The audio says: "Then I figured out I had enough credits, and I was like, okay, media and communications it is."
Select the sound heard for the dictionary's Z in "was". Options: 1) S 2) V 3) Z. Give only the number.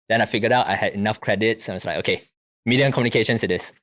1